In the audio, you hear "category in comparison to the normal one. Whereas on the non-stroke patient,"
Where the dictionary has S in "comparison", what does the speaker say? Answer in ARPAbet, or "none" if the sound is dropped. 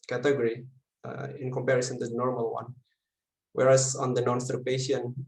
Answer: S